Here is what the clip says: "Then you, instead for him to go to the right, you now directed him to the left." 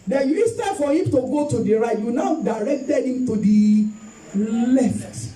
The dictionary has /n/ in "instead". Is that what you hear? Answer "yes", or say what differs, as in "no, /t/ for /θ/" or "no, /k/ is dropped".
no, /n/ is dropped